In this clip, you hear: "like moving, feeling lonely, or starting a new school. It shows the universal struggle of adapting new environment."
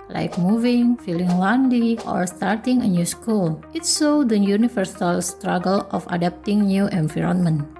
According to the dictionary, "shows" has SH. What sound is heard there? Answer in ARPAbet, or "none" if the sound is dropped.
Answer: S